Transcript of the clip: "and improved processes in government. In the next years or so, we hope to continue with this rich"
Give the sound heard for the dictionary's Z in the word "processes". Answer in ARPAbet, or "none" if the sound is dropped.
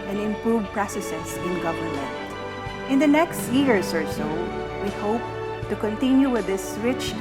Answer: S